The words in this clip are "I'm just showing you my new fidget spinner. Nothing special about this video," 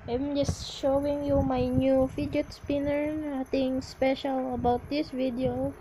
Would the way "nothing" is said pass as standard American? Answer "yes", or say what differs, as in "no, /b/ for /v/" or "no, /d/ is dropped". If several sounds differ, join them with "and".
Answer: no, /t/ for /θ/